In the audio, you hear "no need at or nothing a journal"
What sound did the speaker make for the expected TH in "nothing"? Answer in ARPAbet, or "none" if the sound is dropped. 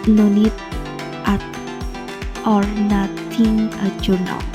T